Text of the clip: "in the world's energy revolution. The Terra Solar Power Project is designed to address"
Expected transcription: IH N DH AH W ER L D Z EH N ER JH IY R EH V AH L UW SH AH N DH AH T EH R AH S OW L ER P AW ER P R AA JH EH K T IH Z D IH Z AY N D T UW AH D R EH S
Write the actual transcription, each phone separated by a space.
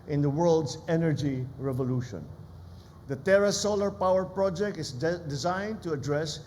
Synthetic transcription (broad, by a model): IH N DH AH W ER L D S EH N ER JH IY R EH V AH L UW SH AH N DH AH T EH R AH S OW L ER P AW ER P R AA JH EH K T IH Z D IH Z AY N D T UW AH D R EH S